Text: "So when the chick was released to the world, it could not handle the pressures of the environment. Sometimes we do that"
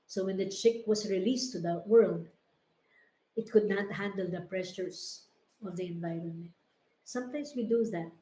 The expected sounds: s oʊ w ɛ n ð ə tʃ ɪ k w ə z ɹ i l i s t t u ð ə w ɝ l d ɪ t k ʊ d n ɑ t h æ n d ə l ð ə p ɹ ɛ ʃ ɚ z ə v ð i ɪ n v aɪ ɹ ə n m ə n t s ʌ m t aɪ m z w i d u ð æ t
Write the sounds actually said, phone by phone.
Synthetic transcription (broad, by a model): s oʊ w ɛ n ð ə tʃ ɪ k w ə s ɹ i l i s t t u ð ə w ɝ l d ɪ t k ʊ d n ɑ t h æ n d ə l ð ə p ɹ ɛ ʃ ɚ s ə v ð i ɪ n v aɪ ɹ ə n m ə n t s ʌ m t aɪ m s w i d u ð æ t